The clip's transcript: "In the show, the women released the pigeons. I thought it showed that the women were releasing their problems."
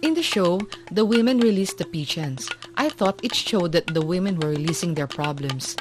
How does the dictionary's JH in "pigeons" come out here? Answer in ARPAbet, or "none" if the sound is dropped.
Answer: CH